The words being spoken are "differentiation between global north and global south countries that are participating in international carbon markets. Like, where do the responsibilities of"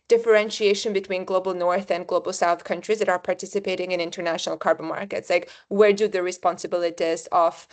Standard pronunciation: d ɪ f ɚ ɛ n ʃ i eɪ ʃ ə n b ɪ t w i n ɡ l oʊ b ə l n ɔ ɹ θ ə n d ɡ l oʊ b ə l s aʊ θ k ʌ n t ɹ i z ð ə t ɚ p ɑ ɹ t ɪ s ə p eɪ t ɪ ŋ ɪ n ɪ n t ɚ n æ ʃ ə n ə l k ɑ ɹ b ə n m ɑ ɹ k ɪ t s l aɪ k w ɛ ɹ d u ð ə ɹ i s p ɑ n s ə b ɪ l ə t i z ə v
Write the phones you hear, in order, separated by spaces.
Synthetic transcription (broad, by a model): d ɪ f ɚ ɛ n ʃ i eɪ ʃ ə n b ɪ t w i n ɡ l oʊ b ə l n ɔ ɹ θ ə n ɡ l oʊ b ə l s aʊ θ k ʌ n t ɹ i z ð ə t ɚ p ɑ ɹ t ɪ s ə p eɪ t ɪ ŋ ɪ n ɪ n t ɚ n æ ʃ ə n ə l k ɑ ɹ b ə n m ɑ ɹ k ɪ t s l aɪ k w ɛ ɹ d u ð ə ɹ i s p ɑ n s ə b ɪ l ə t i z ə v